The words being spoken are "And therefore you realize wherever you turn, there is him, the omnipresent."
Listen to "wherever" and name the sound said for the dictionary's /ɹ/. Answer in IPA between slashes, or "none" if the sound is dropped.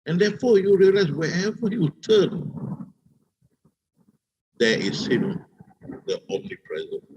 none